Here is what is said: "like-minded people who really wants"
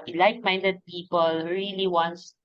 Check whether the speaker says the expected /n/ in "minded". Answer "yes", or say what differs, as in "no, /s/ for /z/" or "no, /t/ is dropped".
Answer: yes